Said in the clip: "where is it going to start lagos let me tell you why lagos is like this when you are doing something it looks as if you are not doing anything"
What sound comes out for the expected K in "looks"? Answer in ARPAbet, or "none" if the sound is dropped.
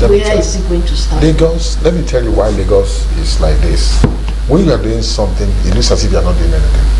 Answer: none